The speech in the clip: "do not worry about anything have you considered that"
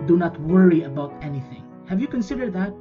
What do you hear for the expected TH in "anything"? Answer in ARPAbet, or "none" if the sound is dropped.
TH